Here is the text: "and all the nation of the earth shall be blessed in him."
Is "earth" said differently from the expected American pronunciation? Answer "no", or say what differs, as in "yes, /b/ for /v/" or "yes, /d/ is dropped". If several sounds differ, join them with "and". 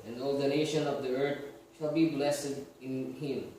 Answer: yes, /t/ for /θ/